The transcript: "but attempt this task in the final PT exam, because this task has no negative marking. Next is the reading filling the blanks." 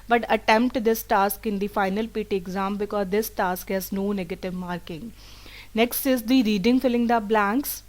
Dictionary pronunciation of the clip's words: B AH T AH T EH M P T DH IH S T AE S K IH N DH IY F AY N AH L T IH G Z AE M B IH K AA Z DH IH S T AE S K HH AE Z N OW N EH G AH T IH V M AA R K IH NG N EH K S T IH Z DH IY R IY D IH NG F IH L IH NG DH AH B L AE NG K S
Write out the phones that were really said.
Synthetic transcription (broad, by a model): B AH T AH T EH M P T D IH S T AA S K IH N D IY F AY N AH L T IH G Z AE M B IH K AA Z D IH S T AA S K HH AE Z N OW N EH G AH T IH V M AA R K IH NG N EH K S T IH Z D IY R IY D IH NG F IH L IH NG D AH B L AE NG K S